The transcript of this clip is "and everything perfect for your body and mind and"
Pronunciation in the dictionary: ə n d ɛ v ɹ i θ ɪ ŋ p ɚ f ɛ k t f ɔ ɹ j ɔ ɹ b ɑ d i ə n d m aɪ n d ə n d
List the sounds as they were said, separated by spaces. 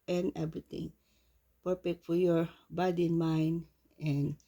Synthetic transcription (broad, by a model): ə n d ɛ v ɹ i t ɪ ŋ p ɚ p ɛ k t f ɔ ɹ j ɔ ɹ b ɑ d i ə n m aɪ n d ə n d